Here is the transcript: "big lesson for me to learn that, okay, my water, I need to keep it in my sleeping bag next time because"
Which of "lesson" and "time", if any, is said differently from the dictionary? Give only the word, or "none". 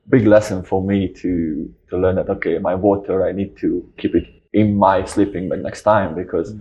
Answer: none